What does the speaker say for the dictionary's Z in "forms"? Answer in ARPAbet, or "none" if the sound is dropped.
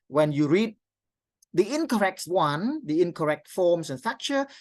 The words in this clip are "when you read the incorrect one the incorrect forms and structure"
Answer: S